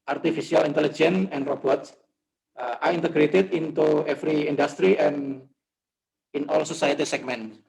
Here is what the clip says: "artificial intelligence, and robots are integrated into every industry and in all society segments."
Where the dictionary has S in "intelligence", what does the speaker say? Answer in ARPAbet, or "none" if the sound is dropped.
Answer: none